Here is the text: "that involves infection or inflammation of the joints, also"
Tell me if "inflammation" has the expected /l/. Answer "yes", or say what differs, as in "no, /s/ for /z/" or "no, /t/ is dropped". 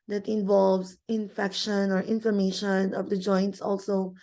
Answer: no, /l/ is dropped